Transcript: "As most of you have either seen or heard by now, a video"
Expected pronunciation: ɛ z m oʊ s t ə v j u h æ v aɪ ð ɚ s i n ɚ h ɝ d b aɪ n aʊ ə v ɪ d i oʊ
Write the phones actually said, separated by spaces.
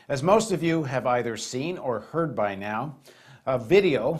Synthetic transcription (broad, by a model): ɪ z m oʊ s t ə v j u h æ v aɪ ð ɚ s i n ɚ h ɝ d b aɪ n aʊ ə v ɪ d i oʊ